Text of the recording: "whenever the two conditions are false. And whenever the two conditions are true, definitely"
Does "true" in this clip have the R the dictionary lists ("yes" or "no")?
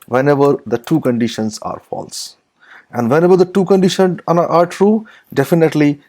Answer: yes